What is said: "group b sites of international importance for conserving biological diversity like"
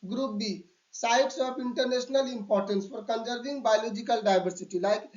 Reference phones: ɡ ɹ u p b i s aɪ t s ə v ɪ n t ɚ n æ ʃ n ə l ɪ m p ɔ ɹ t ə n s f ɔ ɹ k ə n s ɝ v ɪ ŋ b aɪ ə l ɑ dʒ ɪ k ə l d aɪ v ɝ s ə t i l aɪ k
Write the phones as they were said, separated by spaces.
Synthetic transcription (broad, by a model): ɡ ɹ u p b i s aɪ t s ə p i n t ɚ n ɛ s n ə l ɪ m p ɔ ɹ t ə n s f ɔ ɹ k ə n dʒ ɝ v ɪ ŋ b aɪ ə l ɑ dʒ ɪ k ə l d aɪ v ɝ s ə t i l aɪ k